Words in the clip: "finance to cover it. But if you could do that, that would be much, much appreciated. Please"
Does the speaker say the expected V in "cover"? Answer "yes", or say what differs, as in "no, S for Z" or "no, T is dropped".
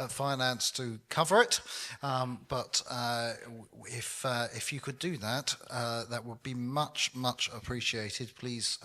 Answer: yes